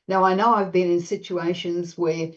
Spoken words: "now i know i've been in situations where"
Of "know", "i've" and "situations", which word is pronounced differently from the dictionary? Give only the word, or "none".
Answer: none